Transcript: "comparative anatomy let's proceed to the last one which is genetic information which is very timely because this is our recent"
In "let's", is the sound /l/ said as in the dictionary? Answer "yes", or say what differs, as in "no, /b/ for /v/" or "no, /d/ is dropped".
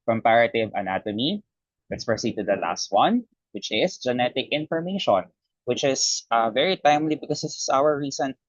no, /w/ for /l/